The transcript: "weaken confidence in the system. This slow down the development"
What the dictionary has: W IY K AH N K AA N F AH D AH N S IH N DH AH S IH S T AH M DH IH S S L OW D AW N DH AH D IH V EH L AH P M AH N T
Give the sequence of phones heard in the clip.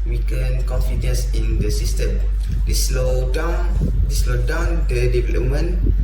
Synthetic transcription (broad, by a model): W IY K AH N K AA N F AH D AH N S IH N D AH S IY S T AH M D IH S S L OW D AW N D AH D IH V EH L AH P M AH N